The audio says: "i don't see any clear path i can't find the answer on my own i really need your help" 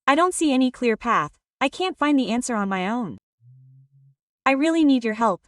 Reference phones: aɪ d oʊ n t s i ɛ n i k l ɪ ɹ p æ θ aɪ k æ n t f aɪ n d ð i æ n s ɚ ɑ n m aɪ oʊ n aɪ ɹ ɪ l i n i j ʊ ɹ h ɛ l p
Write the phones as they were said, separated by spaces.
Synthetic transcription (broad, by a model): aɪ d oʊ n t s i ɛ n i k l ɪ ɹ p æ θ aɪ k æ n t f aɪ n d ð i æ n s ɚ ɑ n m aɪ oʊ n aɪ ɹ ɪ l i n i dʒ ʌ ɹ h ɛ l p